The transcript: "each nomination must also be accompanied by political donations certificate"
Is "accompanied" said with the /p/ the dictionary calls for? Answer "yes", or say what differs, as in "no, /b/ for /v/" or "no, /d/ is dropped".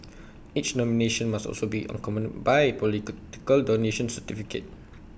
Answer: no, /p/ is dropped